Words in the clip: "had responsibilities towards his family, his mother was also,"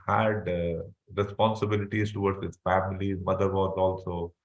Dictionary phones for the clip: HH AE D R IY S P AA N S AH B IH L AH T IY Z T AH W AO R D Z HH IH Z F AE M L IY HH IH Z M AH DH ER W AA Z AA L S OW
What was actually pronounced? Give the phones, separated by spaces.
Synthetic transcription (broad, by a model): HH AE D R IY S P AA N S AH B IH L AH T IY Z T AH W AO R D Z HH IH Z F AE M IY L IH M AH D ER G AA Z AA L S OW